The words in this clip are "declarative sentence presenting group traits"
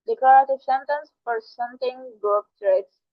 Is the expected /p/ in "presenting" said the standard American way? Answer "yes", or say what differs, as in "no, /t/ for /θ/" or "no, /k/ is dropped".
no, /f/ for /p/